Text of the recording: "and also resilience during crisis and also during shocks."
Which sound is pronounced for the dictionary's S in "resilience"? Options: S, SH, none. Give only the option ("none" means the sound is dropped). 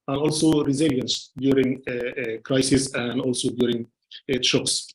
S